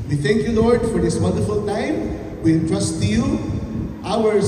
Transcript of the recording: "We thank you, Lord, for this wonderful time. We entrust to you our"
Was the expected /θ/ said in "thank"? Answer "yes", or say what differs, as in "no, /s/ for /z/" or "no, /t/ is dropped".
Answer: no, /t/ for /θ/